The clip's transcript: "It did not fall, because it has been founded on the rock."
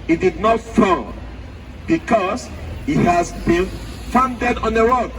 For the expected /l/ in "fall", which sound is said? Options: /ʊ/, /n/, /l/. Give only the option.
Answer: /n/